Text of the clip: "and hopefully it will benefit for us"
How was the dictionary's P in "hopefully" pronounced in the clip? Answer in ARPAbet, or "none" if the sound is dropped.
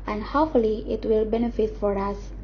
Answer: none